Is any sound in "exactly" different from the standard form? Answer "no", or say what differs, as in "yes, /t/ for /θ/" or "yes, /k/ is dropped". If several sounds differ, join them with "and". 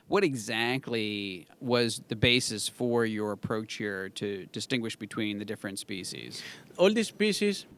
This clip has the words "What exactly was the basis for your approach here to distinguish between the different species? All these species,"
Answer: no